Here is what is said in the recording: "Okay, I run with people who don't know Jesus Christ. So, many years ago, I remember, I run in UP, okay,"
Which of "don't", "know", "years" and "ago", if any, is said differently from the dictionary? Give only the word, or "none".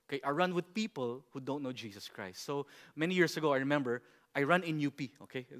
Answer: years